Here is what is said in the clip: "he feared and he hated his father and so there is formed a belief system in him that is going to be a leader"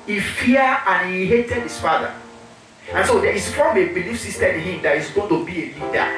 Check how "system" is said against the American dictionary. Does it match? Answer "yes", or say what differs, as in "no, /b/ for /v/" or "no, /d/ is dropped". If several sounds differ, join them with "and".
no, /m/ is dropped